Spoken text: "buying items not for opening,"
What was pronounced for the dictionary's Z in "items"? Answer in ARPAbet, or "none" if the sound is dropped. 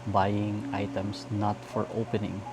S